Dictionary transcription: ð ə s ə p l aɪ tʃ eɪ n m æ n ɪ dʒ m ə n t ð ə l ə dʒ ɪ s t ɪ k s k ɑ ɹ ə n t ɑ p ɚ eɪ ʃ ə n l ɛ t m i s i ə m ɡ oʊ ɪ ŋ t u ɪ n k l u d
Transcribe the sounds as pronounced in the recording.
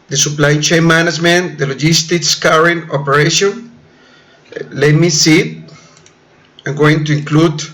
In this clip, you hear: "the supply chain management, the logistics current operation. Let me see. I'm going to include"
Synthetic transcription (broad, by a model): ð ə s ə p l aɪ tʃ eɪ n m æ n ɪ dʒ m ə n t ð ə l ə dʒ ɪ s t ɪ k s k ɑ ɹ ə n ɑ p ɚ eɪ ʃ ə n l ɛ m i s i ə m ɡ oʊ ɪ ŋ t u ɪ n k l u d